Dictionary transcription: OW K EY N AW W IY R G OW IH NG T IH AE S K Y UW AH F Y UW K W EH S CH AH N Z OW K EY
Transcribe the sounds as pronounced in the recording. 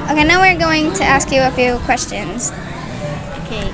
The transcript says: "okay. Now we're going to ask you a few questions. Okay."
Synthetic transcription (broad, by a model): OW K EY N AW W IY R G OW IH NG T IH AE S K Y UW AH F Y UW K W EH S CH AH N Z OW K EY